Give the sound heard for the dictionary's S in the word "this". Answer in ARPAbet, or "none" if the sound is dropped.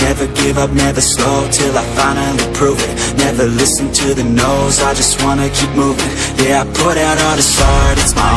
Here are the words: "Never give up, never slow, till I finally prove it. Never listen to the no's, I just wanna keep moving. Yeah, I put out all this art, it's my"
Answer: S